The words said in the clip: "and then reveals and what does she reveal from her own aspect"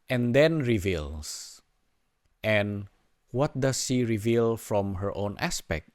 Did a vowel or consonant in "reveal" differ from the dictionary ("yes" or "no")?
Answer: no